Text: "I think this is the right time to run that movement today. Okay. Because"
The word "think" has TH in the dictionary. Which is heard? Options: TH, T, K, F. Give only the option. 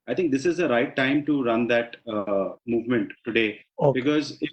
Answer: T